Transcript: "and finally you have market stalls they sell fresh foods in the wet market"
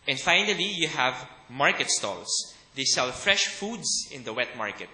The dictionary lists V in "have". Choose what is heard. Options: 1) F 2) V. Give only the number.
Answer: 2